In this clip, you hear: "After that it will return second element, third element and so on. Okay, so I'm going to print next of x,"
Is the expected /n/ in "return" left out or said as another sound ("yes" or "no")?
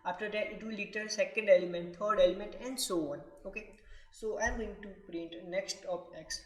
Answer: yes